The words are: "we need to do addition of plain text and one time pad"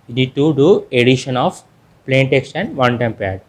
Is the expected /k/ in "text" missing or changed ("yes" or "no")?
no